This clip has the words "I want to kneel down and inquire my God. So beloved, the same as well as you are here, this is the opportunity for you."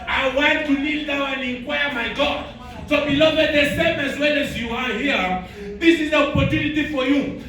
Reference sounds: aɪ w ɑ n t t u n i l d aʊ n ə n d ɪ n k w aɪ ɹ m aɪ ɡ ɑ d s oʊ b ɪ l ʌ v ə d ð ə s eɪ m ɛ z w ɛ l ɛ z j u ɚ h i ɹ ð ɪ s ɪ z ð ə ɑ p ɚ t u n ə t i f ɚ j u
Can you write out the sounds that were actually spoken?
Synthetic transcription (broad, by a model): aɪ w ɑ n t t u l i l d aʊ ə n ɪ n k w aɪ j m aɪ ɡ ɑ d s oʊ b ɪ l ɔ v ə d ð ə s eɪ m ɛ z w ɛ l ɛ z j u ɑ h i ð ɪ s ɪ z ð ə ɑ p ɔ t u n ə t i f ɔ j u